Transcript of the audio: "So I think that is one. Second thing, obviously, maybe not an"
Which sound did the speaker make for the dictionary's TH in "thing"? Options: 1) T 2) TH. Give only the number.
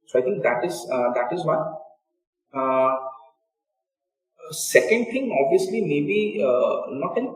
1